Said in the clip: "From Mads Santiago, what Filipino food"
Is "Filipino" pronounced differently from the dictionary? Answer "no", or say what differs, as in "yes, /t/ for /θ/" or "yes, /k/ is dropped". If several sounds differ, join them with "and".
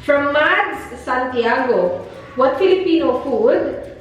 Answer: no